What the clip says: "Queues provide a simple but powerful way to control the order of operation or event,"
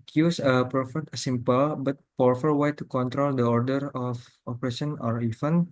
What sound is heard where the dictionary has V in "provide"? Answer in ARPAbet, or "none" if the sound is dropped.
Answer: F